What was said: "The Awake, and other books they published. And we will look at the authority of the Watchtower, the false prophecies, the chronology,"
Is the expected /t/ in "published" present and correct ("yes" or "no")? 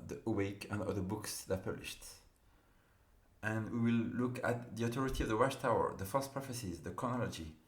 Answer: yes